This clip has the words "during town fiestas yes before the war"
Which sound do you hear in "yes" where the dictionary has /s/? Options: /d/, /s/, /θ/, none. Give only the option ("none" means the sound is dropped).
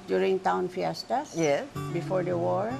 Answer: none